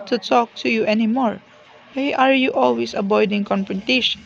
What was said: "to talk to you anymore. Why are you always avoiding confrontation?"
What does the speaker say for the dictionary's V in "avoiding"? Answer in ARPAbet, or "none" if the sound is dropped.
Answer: B